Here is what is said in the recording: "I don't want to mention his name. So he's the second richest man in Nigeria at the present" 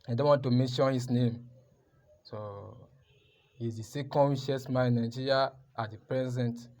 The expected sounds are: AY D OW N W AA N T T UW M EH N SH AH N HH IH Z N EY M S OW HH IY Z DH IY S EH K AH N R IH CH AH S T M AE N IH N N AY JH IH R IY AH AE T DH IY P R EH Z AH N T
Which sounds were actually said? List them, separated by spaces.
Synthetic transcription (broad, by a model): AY D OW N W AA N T T UW M EH N SH AH N HH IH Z N EY M S OW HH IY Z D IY S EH K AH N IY SH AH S M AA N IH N N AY JH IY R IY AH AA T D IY P R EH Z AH N T